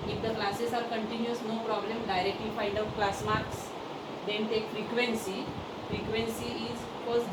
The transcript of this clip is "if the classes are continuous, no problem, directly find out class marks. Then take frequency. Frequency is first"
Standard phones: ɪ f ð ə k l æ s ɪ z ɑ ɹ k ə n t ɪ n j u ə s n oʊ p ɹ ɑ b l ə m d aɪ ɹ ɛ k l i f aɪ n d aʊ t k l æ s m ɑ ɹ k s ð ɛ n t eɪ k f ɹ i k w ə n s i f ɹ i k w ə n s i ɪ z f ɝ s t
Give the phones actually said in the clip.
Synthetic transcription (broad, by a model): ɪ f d ə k l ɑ s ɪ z ɑ ɹ k ə n t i n j u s n oʊ p ɹ ɑ b l ə m d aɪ ɹ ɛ k l i f aɪ n d aʊ t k l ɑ s m ɑ ɹ k s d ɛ n t eɪ k f ɹ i k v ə n s i f ɹ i k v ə n s i ɪ z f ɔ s